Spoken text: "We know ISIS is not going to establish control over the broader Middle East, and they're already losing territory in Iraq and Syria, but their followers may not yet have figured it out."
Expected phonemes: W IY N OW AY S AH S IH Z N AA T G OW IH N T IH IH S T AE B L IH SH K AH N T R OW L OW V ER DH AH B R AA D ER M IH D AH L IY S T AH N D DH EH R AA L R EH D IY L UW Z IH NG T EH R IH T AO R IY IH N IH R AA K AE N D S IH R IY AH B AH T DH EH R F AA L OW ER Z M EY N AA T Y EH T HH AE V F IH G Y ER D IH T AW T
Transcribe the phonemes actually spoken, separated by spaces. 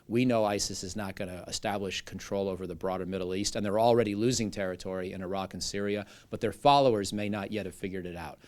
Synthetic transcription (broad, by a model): W IY N OW AY S AH S IH Z N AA T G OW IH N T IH IH S T AE B L IH SH K N T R OW L OW V ER DH AH B R AA D ER M IH D L IY S T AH N DH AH R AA L R EH D IY L UW Z IH NG T EH R IH T AO R IY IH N IH R AA K N S IH R IY AH B AH T DH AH R F AA L OW ER Z M EY N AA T Y EH T HH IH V F IH G Y ER D IH T AW T